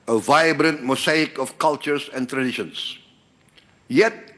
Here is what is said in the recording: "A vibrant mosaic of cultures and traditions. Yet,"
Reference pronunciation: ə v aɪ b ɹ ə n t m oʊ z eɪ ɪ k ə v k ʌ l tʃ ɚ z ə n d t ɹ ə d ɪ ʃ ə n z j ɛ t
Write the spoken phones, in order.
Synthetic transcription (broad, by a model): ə v aɪ b ɹ ə n t m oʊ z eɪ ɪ k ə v k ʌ l tʃ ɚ s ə n t ɹ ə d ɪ ʃ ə n s j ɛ t